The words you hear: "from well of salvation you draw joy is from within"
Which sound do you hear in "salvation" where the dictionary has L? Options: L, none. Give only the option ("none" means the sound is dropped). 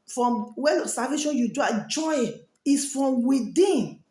none